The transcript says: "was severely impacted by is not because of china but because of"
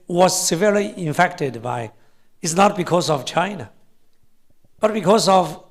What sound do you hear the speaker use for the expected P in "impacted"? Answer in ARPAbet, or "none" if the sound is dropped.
F